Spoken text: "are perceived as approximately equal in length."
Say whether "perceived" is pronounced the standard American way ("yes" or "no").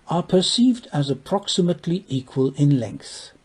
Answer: yes